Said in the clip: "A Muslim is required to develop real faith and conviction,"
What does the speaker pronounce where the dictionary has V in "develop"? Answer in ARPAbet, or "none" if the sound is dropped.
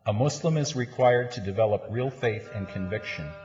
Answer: V